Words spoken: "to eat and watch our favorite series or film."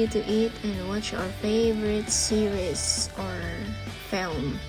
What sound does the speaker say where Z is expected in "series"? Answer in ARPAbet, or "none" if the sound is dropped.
S